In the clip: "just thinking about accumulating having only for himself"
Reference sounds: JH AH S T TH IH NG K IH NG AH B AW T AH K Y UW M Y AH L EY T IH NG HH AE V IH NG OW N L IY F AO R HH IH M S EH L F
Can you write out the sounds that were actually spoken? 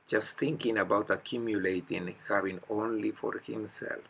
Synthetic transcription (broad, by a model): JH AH S T TH IH NG K IH NG AH B AW T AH K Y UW M Y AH L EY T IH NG HH AE V IH NG OW N L IY F AO R HH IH M S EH L F